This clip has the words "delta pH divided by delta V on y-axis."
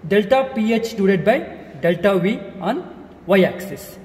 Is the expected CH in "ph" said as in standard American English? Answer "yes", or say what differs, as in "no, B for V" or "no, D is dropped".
yes